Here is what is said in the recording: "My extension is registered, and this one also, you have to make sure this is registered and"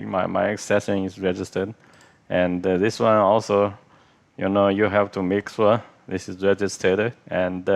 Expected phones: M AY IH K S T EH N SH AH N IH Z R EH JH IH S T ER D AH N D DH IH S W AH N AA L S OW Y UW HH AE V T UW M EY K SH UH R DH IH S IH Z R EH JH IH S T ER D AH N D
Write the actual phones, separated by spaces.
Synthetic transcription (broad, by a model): M AY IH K S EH SH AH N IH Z R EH JH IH S T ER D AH N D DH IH S W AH N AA L S OW Y UW HH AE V T UW M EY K S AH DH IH S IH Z R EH JH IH S T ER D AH N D